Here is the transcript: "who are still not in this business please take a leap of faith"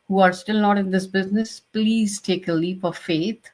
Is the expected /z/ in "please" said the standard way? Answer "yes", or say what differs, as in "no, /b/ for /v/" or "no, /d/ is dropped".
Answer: yes